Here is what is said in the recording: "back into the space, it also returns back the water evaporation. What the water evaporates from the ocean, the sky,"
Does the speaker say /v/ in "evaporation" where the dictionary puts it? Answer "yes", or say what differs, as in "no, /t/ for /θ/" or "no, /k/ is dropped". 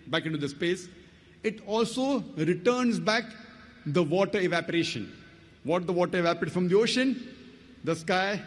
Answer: yes